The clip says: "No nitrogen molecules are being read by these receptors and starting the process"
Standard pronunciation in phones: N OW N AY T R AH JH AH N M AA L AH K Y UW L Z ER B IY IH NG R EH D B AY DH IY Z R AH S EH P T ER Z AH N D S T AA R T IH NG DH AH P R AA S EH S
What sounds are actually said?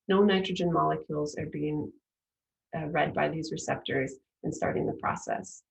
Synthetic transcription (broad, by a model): N OW N AY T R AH JH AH N M AA L AH K Y UW L Z ER B IY IH NG R EH D B AY DH IY Z R AH S EH P T ER Z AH N S T AA R T IH NG DH AH P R AA S EH S